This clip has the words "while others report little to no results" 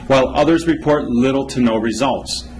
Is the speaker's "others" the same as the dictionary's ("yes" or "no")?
yes